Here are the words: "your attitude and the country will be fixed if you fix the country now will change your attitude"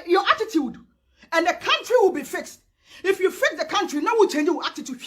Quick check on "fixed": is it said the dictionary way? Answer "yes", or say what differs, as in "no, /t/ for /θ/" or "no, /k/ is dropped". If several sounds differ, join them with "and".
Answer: yes